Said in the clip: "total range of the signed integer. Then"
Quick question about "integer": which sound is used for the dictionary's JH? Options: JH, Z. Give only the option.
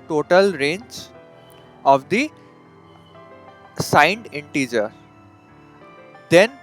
JH